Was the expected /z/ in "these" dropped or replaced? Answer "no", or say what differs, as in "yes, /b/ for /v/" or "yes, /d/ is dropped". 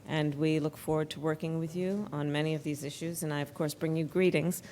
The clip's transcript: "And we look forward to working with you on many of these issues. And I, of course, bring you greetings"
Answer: no